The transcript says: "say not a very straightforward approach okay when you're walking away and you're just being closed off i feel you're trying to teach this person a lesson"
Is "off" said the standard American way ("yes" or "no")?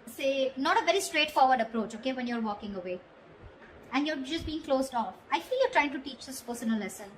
yes